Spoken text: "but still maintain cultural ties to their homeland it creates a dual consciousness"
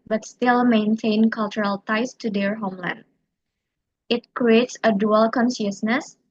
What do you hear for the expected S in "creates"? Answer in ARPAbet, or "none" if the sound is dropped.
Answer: S